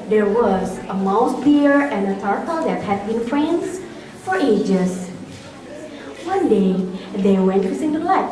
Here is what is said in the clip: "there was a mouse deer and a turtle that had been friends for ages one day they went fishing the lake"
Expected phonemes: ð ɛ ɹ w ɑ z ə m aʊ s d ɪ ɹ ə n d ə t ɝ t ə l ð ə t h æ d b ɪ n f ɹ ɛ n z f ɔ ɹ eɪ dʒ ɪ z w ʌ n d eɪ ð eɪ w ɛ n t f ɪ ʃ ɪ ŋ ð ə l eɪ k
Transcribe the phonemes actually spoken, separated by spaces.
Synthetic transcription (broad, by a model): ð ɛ ɹ w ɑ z ə m aʊ s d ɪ ɹ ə n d ə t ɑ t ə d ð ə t h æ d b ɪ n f ɹ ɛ n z f ɔ ɹ eɪ dʒ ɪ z w ʌ n d eɪ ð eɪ w ɛ n t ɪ s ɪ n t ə l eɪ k